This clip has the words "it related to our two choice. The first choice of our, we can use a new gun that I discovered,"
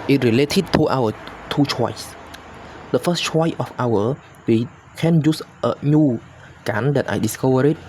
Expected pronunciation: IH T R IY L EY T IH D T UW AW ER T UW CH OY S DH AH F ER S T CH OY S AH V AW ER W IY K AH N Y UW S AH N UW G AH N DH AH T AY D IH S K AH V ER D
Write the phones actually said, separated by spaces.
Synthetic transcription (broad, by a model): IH T R IY L EY T IH D T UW AW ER T UW CH OY S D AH F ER S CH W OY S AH F AW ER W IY K AH N Y UW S AH N UW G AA N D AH T AY D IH S K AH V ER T